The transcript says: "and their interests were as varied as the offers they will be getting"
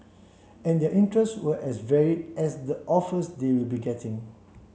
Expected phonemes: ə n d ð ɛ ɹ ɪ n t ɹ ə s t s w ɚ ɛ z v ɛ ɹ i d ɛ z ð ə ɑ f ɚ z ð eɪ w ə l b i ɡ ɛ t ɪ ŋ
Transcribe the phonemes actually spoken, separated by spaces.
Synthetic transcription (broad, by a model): ə n d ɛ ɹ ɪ n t ɹ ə s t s w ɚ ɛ s v ɛ ɹ i d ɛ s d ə ɑ f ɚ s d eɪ w ə l b i ɡ ɛ t ɪ ŋ